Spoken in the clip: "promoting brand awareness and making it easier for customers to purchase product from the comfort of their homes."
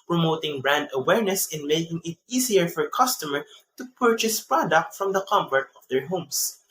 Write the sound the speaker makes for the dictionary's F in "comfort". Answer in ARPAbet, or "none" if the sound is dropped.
P